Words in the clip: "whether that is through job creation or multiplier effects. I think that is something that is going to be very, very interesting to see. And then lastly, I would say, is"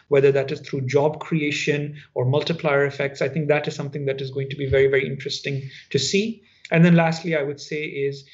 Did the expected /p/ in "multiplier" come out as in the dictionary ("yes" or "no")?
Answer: yes